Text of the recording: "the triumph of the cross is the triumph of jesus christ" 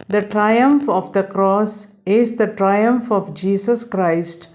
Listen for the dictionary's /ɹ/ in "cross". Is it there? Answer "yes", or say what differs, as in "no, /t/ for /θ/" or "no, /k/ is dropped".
yes